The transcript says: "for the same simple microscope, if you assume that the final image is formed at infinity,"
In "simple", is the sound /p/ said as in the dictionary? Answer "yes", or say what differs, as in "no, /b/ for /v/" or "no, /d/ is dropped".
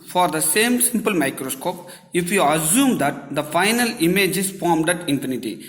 yes